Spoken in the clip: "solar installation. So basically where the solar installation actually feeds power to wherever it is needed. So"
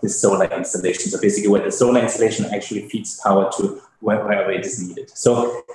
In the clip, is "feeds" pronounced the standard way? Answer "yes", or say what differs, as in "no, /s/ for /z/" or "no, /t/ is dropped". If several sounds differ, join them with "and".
no, /p/ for /f/